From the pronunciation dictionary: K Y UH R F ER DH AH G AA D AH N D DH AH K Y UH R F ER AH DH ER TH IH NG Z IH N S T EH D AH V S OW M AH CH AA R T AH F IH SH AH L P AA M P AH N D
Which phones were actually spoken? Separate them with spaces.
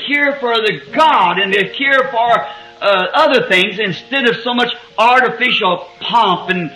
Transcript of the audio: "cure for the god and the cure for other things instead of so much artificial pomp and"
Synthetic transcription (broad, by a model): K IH R F ER DH AH G AA D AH N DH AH K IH R F ER AH DH ER TH IH NG Z IH N S T EH D AH V S OW M AH CH AA R T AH F IH SH L P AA M P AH N